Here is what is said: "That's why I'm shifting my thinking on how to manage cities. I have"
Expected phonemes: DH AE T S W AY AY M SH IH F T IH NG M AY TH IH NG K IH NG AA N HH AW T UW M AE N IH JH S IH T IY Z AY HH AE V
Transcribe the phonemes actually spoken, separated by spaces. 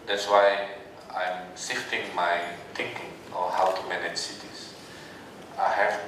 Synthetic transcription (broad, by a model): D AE T S W AY AY M S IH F T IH NG M AY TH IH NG K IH NG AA HH AW T UW M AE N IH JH S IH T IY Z AY HH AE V